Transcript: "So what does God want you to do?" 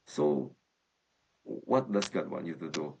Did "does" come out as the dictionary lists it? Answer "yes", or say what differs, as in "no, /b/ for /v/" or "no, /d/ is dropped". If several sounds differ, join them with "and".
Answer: no, /s/ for /z/